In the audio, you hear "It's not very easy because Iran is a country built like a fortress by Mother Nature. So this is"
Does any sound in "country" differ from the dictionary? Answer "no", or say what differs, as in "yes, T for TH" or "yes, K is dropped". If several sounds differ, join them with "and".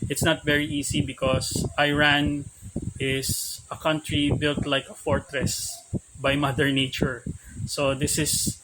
no